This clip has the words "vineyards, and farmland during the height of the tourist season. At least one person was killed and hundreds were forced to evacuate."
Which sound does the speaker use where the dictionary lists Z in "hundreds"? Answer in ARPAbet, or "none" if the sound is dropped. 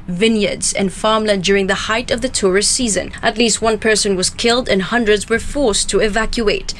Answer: Z